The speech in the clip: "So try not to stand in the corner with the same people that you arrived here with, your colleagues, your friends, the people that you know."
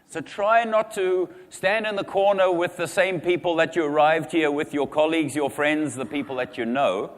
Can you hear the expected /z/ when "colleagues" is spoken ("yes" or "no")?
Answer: yes